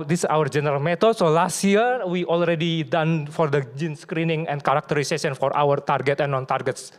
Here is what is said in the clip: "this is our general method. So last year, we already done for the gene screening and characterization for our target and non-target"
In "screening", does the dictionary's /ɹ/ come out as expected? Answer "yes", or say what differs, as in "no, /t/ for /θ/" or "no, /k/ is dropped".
yes